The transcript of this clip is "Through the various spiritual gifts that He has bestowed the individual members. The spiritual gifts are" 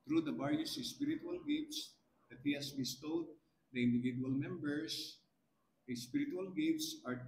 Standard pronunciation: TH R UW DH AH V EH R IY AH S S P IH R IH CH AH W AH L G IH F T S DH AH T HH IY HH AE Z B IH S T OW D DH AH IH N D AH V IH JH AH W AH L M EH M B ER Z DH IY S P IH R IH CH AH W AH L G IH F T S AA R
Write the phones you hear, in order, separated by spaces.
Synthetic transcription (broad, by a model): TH R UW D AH B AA R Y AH S S P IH R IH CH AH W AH L G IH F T S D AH T HH IY HH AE S B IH S T OW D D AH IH N D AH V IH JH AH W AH L M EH M B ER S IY S P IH R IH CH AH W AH L G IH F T S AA R